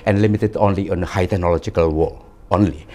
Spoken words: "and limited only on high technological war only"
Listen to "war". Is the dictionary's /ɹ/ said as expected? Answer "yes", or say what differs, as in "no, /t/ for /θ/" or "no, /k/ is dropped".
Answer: no, /l/ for /ɹ/